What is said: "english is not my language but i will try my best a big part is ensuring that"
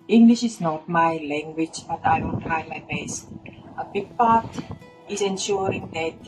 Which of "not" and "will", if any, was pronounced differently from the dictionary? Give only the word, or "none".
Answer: will